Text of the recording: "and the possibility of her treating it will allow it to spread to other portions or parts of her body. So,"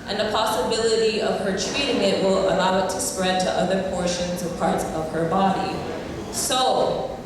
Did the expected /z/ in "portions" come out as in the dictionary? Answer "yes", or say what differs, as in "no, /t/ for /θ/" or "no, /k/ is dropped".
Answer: yes